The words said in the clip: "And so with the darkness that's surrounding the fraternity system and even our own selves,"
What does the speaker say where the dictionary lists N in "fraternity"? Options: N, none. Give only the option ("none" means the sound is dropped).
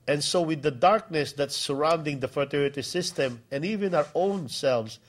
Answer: none